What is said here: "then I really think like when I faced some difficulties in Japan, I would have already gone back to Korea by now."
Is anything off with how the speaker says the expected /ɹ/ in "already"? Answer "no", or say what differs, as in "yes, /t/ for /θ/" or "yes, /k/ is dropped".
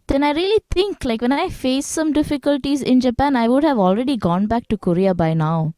no